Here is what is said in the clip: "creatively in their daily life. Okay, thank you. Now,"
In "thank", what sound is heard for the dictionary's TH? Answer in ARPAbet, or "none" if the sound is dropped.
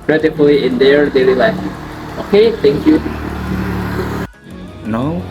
T